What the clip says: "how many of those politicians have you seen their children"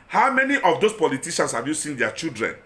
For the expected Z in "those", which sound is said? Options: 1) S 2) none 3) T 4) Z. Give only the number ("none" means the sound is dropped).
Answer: 1